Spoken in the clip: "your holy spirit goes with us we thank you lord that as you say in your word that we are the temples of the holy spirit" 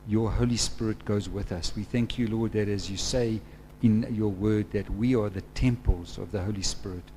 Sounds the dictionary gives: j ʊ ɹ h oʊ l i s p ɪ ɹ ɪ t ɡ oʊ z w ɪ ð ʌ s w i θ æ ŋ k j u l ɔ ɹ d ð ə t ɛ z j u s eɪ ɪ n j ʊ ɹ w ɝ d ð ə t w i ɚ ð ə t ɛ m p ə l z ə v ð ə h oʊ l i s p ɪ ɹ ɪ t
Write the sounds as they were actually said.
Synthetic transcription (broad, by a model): j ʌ ɹ h oʊ l i s p ɪ ɹ ɪ t ɡ oʊ z w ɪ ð ʌ s w i θ æ ŋ k j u l ɔ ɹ d ð ə t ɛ z j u s eɪ ɪ n j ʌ ɹ w ɝ d ð ə t w i ɚ ð ə t ɛ m p ə l z ə v ð ə h oʊ l i s p ɪ ɹ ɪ t